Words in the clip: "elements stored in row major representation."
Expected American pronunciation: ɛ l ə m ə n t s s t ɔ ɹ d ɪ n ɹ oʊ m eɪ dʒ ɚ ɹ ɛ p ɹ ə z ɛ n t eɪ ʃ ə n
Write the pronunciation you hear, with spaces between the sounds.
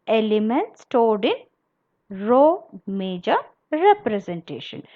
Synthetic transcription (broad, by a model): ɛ l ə m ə n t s s t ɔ l d ɪ n ɹ oʊ m eɪ dʒ ɚ ɹ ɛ p ɹ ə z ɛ n t eɪ ʃ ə n